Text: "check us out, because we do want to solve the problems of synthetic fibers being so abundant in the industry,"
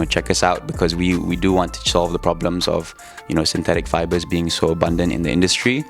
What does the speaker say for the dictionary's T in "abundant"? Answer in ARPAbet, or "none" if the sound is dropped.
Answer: T